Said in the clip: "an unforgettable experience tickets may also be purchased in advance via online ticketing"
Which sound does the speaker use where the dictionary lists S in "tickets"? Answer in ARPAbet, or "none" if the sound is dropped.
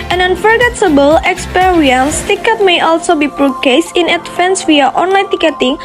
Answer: none